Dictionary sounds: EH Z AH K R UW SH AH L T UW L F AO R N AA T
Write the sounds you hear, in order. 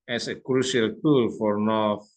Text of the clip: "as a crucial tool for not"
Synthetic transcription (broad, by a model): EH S AH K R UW S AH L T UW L F AO R N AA